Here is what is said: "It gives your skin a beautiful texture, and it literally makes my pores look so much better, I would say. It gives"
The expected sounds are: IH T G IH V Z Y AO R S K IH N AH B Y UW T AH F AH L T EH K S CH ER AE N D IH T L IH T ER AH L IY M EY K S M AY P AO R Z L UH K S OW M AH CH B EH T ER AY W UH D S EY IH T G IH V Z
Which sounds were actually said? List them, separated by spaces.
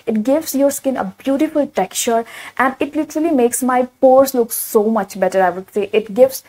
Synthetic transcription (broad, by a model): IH T G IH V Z Y AO R S K IH N AH B Y UW T AH F AH L T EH K CH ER AE N D IH T L IH T ER AH L IY M EY K S M AY P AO R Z L UH K S OW M AH CH B EH T ER AY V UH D S EY IH T G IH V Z